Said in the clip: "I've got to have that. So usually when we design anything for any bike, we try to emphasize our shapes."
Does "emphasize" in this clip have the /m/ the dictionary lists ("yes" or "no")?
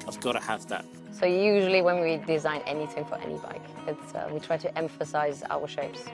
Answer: yes